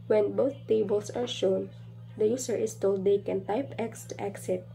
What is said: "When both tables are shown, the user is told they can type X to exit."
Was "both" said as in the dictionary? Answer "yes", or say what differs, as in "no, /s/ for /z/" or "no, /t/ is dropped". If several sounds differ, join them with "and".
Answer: no, /t/ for /θ/